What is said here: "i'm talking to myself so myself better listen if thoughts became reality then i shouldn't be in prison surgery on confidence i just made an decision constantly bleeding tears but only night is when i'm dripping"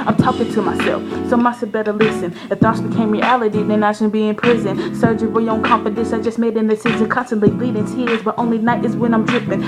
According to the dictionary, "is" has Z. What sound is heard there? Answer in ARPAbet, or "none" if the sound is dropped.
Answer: Z